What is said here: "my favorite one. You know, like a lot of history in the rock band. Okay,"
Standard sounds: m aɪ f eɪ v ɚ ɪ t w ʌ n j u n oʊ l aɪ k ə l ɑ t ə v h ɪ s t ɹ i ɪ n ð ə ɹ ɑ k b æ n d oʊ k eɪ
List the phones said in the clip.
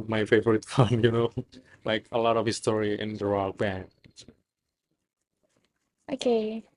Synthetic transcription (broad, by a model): m aɪ f eɪ v ɚ ɪ t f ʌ n j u n oʊ l aɪ k ə l ɑ t ə v h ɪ s t ɹ i ɪ n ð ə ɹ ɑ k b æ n oʊ k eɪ